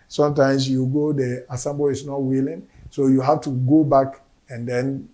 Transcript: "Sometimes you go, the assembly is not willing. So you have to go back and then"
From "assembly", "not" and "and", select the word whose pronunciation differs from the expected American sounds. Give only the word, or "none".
assembly